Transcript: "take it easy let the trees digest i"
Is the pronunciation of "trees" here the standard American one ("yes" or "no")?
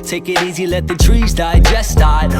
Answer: yes